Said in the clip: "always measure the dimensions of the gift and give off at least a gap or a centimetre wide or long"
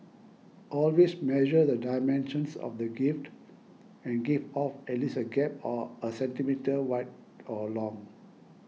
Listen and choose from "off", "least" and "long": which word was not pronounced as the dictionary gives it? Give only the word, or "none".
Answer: least